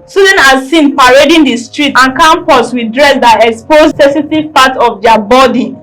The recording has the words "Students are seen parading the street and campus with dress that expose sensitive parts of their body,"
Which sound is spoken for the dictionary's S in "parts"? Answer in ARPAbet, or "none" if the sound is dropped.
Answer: none